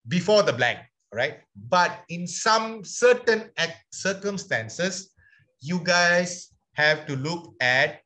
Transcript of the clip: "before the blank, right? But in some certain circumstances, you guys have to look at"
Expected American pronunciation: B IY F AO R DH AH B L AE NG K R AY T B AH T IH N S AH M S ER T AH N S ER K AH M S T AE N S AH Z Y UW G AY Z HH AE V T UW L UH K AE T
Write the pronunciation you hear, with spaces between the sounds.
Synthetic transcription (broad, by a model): B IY F AO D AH B L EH K R AY T B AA T IH N S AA M S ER T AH N S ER K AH M S T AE N S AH S Y UW G AY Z HH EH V T UW L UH K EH T